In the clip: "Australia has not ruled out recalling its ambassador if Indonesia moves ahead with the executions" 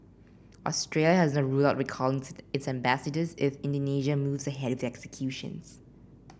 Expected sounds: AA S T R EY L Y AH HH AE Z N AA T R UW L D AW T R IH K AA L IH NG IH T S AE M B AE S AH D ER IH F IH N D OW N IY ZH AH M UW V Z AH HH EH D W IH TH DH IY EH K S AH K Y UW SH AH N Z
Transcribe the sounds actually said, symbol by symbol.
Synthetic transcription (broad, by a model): AA S T R EY L Y AH HH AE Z N AA T R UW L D AW T W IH K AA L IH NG IH T S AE M B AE S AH D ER IH F IH N D OW N IY ZH AH M UW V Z AH HH EH D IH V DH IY EH K S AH K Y UW SH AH N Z